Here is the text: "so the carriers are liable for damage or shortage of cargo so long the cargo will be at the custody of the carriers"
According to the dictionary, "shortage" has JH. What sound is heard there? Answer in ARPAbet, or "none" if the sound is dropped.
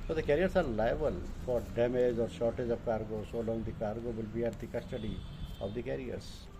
JH